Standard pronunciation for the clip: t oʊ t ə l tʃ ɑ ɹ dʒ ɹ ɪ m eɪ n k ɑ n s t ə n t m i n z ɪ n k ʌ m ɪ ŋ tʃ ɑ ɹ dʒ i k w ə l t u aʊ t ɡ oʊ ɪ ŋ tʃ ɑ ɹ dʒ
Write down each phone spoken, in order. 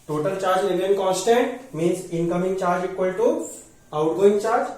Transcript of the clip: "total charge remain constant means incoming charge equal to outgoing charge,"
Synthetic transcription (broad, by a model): t oʊ t ə l tʃ ɑ ɹ dʒ l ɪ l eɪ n k ɑ n s t ə n t m i n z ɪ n k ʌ m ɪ ŋ tʃ ɑ ɹ dʒ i k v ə l t u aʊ t ɡ oʊ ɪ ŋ tʃ ɑ ɹ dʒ